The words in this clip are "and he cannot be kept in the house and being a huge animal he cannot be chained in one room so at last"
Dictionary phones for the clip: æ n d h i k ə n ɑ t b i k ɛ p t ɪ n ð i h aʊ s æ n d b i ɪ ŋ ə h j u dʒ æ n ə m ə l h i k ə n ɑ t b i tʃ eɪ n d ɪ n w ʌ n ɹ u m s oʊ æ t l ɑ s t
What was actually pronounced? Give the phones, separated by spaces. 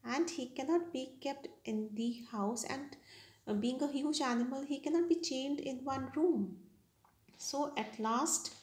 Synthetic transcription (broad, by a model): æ n d h i k ə n ɑ t b i k ɛ p t ɪ n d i h aʊ s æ n d b i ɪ ŋ ə h j u dʒ æ n ə m ə l h i k ə n ɑ t b i tʃ eɪ n d ɪ n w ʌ n ɹ u m s oʊ æ t l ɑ s t